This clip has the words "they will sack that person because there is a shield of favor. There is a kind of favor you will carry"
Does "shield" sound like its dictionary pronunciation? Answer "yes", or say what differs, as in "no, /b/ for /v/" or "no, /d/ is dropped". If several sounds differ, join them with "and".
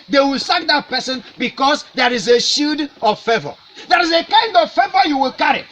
no, /l/ is dropped